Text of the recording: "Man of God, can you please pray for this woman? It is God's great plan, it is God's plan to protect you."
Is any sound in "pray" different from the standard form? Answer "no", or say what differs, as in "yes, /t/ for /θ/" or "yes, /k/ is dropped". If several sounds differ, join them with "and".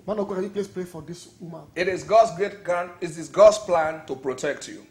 yes, /l/ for /ɹ/